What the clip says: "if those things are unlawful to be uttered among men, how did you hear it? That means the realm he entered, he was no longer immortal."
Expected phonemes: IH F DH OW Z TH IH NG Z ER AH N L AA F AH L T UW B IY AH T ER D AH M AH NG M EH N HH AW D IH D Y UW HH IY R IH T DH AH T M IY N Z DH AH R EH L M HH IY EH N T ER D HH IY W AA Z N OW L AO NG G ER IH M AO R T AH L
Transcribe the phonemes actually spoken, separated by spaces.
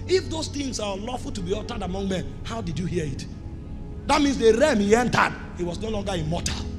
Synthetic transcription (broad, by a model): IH F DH OW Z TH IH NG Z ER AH L AA F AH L T UW B IY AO T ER D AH M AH NG M EH N HH AW D IH D Y UW HH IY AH IH T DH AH T M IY N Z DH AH R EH M HH IY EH N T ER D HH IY W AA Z N OW L AO NG G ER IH M AO T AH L